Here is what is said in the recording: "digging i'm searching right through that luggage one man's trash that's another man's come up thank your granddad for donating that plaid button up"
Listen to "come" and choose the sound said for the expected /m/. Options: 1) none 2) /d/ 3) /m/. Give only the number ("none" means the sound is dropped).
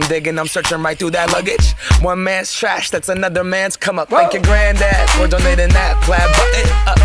3